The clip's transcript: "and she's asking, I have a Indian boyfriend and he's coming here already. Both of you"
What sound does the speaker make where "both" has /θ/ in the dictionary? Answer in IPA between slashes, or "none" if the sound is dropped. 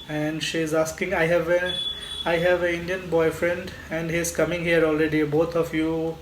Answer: /t/